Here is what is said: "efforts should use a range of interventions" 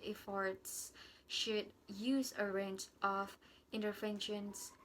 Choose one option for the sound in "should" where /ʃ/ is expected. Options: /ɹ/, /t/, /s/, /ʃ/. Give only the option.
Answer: /ʃ/